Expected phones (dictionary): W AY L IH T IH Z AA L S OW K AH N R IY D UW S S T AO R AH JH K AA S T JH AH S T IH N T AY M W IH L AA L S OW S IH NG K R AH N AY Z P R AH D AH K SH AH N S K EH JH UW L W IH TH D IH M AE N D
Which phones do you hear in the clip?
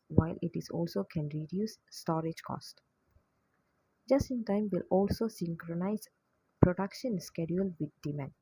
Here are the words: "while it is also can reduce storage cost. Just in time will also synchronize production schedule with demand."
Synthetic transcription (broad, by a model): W AY L IH T IH Z AA L S OW K AH N R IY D UW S S T AO R AH JH K AA S T JH AH S T IH N T AY M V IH L AA L S OW S IH NG K R AH N AY Z P R AH D AH K SH AH N S K EH JH UW L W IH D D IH M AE N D